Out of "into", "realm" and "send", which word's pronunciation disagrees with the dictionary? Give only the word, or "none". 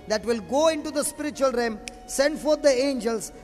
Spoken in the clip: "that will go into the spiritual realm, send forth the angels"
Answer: realm